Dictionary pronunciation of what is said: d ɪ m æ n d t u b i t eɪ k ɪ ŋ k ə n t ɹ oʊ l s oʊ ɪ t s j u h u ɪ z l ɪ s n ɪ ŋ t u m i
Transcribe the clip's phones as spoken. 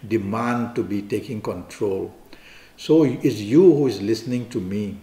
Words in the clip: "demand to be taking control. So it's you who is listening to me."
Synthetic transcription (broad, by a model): d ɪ m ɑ n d t u b i t eɪ k ɪ ŋ k ə n t ɹ oʊ l s oʊ ɪ t s j u h u ɪ z l ɪ s n ɪ ŋ t u m i